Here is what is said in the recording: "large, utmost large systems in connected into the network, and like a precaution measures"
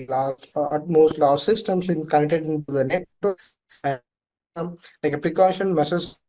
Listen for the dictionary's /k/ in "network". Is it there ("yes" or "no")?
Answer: no